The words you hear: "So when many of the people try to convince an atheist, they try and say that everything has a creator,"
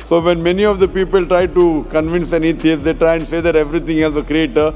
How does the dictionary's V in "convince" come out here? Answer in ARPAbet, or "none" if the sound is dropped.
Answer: V